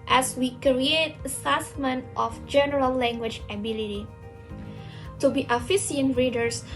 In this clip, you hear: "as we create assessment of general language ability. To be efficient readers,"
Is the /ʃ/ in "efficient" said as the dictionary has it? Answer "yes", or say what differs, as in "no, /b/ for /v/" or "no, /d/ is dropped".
no, /s/ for /ʃ/